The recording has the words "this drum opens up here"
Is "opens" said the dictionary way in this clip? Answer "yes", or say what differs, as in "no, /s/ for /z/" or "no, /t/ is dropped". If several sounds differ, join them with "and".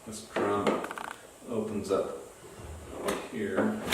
yes